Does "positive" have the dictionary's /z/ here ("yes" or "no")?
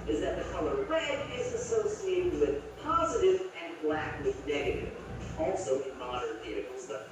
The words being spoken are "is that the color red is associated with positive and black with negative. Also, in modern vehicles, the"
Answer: yes